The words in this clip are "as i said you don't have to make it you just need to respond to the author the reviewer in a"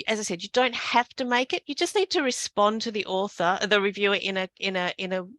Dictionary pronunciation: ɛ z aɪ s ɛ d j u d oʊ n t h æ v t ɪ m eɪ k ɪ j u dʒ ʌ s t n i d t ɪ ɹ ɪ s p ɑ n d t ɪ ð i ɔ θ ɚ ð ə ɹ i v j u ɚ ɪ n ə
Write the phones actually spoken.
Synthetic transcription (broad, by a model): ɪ z aɪ s ɛ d j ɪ d oʊ n t h æ f t ɪ m eɪ k ɪ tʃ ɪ dʒ ʌ s t n i d t ɪ ɹ ɪ s p ɑ n t ɪ ð i ɔ θ ɚ ð ə ɹ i v j u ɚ ɪ n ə